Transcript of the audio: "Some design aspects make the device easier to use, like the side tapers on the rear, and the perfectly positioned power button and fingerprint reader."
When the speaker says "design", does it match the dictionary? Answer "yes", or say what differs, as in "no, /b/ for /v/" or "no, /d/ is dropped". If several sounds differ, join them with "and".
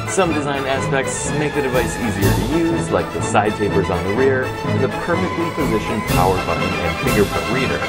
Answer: yes